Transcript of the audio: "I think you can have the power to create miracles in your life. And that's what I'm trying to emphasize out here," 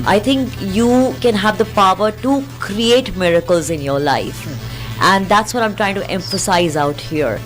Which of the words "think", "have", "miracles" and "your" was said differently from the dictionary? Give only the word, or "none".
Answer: think